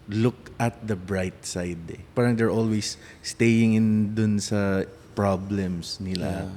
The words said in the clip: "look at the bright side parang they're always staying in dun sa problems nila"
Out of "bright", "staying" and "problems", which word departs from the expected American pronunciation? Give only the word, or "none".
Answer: problems